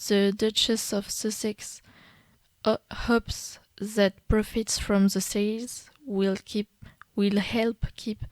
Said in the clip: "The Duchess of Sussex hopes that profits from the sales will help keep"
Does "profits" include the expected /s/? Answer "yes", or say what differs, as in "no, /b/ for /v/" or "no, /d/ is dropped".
yes